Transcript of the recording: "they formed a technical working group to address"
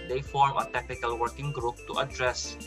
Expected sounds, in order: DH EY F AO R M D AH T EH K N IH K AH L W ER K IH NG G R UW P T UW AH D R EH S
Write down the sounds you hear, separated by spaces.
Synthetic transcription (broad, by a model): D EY F AO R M AH T EH K N IH K AH L W ER K IH NG G R UW P T UW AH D R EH S